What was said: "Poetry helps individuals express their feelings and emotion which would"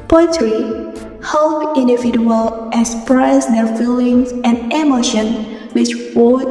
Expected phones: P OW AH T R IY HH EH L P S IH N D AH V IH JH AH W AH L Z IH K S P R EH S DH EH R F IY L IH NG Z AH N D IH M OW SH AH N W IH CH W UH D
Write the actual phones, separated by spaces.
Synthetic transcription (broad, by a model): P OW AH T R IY HH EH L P IH N D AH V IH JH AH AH L IH K S P R EH S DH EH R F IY L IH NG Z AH N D IH M OW SH AH N W IH CH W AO